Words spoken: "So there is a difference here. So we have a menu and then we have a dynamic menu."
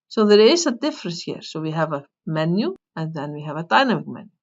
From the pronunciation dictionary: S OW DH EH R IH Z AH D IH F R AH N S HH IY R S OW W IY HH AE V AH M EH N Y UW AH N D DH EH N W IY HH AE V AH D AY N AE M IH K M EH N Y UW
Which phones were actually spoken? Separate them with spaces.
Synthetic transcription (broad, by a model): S OW DH EH R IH S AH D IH F R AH S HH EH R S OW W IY HH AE V AH M EH N Y UW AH N DH EH N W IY HH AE V AH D AY N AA M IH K M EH N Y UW